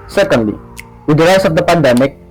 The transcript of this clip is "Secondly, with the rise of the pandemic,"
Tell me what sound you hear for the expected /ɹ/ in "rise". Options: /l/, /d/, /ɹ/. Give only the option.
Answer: /l/